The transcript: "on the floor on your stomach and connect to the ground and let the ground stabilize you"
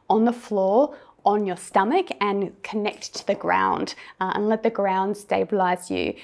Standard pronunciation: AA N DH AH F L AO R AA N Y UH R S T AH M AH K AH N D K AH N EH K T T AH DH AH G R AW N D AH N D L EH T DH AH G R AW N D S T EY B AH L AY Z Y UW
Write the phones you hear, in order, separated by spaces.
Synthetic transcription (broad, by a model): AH N DH AH F L AO R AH N Y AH R S T AH M AH K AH N K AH N EH K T T AH DH AH G R AW N D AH N L EH T DH AH G R AW N D S T EY B AH L AY Z Y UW